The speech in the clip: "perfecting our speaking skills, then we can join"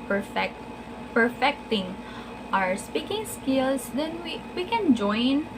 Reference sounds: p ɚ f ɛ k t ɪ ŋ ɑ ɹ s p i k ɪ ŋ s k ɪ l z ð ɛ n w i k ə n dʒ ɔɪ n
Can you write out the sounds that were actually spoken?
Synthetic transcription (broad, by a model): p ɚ f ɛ k t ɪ ŋ ɑ ɹ s p i k ɪ ŋ s k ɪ l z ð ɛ n w i k ə n dʒ ɔɪ n